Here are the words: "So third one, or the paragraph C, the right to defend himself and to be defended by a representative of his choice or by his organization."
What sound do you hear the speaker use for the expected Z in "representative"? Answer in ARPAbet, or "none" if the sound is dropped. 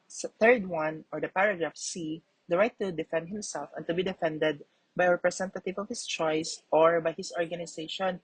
S